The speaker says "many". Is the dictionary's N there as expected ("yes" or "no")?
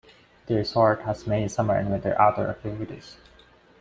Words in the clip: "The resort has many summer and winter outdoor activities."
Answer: no